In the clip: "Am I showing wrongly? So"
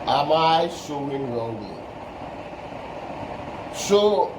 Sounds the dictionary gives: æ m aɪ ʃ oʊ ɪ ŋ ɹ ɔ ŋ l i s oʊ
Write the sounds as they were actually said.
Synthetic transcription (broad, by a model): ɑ m aɪ s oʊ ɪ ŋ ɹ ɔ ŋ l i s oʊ